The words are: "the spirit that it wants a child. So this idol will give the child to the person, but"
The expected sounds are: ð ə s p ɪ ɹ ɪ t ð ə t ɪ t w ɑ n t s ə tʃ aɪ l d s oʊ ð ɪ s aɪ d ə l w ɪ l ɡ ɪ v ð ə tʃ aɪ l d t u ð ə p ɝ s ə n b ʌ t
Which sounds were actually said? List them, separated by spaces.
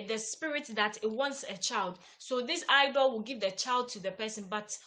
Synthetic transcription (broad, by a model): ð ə s p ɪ ɹ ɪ t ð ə t ɪ t w ɑ n t s ə tʃ aɪ l d s oʊ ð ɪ s aɪ d ə l w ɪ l ɡ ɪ v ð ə tʃ aɪ l d t u ð ə p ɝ s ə n b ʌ t